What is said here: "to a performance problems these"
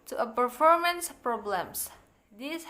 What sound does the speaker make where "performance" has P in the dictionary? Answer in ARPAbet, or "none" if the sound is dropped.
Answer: P